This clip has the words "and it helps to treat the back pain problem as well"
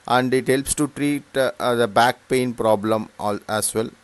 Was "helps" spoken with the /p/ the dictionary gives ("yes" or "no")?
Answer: yes